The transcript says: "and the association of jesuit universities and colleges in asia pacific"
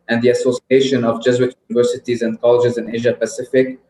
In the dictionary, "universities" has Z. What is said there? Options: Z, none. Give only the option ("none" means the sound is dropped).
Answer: Z